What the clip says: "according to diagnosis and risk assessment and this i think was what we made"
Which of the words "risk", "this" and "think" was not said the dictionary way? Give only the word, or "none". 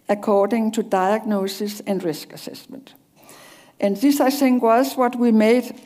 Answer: think